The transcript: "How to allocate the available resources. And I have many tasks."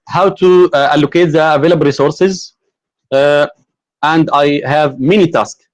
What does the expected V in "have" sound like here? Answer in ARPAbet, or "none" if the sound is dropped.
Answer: V